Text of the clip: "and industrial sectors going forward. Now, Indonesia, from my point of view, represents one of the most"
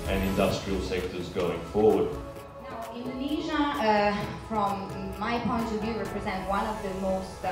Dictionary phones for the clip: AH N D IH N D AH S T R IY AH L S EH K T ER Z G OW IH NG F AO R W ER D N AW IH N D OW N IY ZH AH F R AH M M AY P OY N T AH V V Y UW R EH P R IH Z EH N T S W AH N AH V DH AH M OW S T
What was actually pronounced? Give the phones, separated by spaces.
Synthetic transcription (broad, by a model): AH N IH N D AH S T R IY AH L S EH K T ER Z G OW IH NG F AO R W ER D N AW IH N D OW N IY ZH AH F R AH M M AY P OY N T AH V V Y UW R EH P R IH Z EH N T W AH N AH V DH AH M OW S T